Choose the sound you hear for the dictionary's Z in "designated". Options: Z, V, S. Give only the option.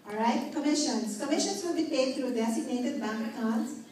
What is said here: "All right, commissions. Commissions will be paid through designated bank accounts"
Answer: S